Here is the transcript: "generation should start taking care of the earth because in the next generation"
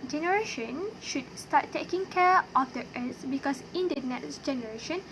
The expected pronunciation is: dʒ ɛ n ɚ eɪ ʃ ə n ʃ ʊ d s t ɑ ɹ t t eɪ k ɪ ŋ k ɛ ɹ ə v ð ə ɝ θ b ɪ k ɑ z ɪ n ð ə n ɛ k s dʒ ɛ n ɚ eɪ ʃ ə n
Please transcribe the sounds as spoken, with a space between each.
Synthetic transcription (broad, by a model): dʒ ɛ n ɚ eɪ ʃ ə n ʃ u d s t ɑ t t eɪ k ɪ ŋ k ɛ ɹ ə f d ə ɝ s b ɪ k ɑ s ɪ n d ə n ɛ k s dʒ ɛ n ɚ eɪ ʃ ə n